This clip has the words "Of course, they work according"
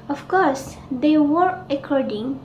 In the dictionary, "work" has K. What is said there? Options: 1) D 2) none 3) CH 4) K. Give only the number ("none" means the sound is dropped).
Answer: 2